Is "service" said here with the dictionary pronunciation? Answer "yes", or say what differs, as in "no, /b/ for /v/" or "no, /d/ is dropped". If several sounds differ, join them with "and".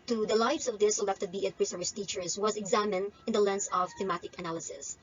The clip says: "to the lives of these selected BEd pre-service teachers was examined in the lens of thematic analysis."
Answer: no, /v/ is dropped